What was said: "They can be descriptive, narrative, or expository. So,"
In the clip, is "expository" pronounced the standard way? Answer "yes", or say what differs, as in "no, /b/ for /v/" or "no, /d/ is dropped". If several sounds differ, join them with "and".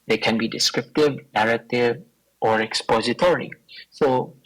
yes